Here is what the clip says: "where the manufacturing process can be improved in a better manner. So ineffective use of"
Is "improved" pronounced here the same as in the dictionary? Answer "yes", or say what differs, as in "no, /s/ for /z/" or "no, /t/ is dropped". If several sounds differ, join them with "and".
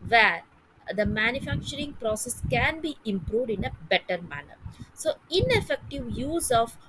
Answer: yes